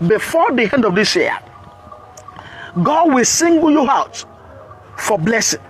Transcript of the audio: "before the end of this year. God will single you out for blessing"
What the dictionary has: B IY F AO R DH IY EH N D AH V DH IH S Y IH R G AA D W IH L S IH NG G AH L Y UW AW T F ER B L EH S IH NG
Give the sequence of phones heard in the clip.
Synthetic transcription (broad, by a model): B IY F AO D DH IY EH N D AH V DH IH S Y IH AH G AA D W IH L S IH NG G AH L Y UW AW T F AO B L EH S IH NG